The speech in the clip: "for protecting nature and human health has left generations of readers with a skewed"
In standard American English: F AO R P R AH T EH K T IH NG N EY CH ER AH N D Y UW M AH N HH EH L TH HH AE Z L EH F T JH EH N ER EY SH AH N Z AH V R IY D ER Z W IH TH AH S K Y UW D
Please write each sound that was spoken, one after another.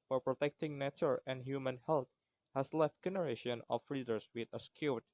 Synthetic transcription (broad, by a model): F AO R P R AH T EH K T IH NG N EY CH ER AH N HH Y UW M AH N HH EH L T HH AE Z L EH F T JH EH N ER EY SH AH N AH F R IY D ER S W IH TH AH S K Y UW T